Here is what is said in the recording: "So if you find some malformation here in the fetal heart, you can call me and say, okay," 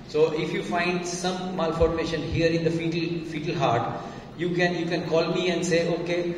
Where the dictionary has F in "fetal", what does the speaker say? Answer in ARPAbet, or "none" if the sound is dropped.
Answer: F